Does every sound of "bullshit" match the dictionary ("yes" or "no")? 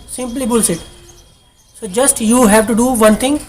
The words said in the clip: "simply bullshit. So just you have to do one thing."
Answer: no